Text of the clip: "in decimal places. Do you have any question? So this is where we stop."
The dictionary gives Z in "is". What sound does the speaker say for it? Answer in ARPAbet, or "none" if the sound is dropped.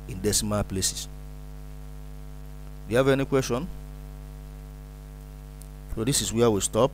S